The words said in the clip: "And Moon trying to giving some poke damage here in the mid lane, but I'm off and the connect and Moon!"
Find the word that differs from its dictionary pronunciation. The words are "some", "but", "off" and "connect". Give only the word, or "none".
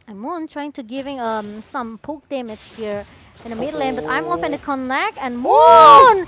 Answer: connect